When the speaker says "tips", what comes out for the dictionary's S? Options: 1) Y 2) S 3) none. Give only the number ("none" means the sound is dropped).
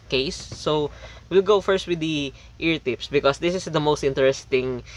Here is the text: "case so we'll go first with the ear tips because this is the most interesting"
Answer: 2